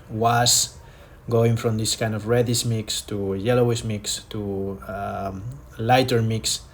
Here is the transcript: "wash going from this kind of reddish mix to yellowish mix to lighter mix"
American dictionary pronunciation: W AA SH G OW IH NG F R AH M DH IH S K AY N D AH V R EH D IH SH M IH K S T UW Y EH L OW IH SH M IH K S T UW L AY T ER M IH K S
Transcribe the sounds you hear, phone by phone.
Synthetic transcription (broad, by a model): W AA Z G OW IH NG F R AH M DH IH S K AY N D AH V R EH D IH S M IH K S T UW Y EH L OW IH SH M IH K S T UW L AY T ER M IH K S